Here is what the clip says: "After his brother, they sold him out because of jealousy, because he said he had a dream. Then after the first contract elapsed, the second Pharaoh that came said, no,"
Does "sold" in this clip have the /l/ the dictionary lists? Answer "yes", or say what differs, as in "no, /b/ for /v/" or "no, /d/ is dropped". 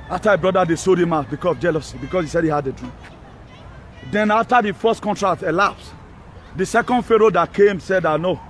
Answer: no, /l/ is dropped